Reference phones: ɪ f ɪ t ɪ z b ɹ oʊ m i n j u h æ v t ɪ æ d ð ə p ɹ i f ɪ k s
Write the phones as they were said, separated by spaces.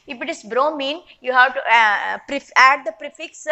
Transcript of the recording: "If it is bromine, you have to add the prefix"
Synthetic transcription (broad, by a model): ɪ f ɪ t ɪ s b ɹ oʊ m i n j u h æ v t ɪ æ d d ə p ɹ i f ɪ k s